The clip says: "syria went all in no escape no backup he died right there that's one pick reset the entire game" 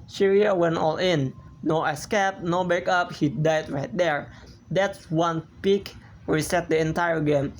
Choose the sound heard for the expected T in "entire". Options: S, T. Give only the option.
T